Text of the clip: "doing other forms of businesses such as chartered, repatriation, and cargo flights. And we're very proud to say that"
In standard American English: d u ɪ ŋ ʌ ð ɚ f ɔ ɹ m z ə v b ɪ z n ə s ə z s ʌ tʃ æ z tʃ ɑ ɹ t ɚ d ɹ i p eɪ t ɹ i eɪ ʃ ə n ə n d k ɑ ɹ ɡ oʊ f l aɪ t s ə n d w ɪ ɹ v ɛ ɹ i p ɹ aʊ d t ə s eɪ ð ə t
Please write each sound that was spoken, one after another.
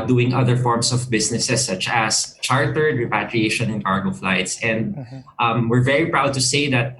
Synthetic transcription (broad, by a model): d u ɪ ŋ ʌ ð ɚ f ɔ ɹ m s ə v b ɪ s n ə s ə s ʌ tʃ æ s tʃ ɑ ɹ t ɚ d ɹ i p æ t ɹ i eɪ ʃ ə n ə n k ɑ ɹ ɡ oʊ f l aɪ t s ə n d w ɪ ɹ v ɛ ɹ i p ɹ aʊ d t ə s eɪ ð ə t